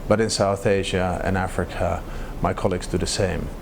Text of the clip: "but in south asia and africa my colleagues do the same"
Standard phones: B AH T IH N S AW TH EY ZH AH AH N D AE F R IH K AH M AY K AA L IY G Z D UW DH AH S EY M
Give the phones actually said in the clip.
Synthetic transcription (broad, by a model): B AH T IH N S AW TH EY ZH AH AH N AE F R IH K AH M AY K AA L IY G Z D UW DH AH S EY M